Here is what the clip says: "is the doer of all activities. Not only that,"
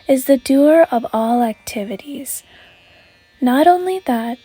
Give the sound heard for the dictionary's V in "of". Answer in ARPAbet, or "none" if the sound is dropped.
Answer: V